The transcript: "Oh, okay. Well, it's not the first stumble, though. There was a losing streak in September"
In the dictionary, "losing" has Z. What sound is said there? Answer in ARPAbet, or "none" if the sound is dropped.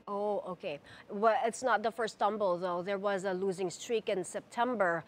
Z